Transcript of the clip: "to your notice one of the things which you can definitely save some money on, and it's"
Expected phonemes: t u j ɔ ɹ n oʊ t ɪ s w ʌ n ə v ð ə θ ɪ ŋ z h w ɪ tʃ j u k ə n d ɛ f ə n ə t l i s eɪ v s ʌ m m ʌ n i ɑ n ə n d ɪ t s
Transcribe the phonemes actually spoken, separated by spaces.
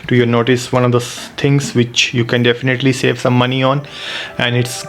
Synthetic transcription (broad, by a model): t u j ɔ ɹ n oʊ t ɪ s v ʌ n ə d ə t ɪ ŋ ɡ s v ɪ tʃ j u k ə n d ɛ f ə n ə t l i s eɪ v s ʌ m m ʌ n i ɑ n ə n d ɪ t s